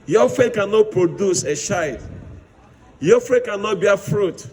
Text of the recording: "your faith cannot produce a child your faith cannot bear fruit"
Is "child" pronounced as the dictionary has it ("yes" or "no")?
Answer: no